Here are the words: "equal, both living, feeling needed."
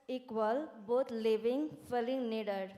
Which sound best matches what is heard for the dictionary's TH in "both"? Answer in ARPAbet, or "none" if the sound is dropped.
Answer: T